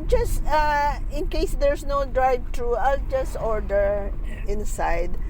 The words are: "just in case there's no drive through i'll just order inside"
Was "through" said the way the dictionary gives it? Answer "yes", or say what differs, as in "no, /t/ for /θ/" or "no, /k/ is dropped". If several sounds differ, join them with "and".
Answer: no, /t/ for /θ/